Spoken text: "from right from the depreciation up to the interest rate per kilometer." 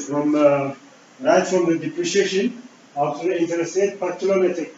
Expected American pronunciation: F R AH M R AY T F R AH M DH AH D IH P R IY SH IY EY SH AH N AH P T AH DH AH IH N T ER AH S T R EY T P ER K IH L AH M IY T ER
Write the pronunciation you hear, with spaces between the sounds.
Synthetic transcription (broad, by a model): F R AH M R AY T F R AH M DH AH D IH P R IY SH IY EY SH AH N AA F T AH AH IH N T ER AH S T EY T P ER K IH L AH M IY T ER